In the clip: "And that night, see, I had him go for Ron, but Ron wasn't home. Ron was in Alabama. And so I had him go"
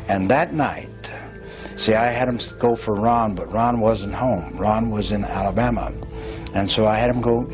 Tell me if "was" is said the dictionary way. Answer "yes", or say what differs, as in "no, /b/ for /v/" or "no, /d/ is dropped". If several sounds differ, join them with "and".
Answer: yes